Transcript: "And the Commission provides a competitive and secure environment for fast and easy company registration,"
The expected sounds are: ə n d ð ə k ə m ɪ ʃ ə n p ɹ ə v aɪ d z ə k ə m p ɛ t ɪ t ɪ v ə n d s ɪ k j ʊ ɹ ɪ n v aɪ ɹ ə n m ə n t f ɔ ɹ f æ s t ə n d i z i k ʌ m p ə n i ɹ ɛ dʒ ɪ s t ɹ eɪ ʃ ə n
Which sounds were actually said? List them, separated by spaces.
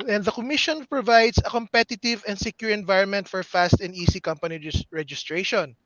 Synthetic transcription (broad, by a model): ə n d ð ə k ə m ɪ ʃ ə n p ɹ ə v aɪ d s ə k ə m p ɛ t ɪ t ɪ v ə n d s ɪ k j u ɹ ɪ n v aɪ ɹ ə n m ə n t f ɔ ɹ f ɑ s t ə n d i s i k ʌ m p ə n i ɹ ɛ dʒ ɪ s t ɹ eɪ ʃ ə n